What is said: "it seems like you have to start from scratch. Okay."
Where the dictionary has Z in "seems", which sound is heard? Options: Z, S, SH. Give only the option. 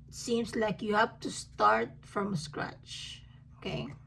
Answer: S